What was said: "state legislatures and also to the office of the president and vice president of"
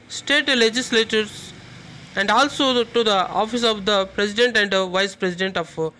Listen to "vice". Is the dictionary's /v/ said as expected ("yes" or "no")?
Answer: yes